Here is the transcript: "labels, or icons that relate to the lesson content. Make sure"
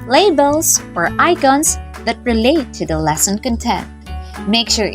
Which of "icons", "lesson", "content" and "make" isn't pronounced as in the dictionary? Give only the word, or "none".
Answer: icons